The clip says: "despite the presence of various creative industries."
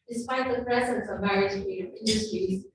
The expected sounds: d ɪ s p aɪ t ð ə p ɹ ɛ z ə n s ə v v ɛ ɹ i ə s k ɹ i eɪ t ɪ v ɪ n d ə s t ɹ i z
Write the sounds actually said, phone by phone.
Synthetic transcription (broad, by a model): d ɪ s p aɪ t ð ə p ɹ ɛ z ə n s ə v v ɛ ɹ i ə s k i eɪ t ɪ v ɪ n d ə s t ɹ i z